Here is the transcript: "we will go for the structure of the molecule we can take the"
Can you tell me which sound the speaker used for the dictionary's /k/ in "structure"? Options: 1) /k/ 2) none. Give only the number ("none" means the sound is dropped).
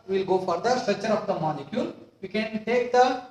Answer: 2